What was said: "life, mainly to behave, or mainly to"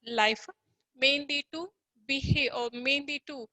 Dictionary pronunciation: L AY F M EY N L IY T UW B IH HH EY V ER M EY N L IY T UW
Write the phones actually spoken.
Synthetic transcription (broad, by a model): L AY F M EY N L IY T UW B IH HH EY ER M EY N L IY T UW